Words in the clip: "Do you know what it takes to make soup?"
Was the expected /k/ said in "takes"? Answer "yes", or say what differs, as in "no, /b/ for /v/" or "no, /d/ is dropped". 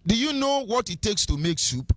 yes